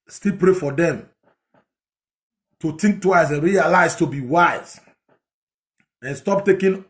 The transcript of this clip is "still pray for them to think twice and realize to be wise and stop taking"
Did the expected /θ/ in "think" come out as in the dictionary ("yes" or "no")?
no